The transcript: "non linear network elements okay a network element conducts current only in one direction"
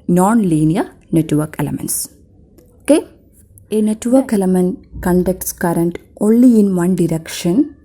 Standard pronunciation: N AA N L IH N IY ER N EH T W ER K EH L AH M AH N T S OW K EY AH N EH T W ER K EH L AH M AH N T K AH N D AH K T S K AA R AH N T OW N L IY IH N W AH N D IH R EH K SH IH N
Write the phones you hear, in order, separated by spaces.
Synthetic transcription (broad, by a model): N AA N L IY N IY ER N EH T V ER K EH L AH M AH N T S OW K EY AH N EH T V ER K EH L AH M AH N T K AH N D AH K T S K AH R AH N T OW N L IY IH N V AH N D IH R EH K SH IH N